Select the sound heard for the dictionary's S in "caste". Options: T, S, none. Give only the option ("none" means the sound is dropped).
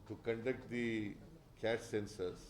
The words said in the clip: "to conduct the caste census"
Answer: none